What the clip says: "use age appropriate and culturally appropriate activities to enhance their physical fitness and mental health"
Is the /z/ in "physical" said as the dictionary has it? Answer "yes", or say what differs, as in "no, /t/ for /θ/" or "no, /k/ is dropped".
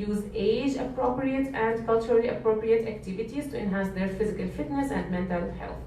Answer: yes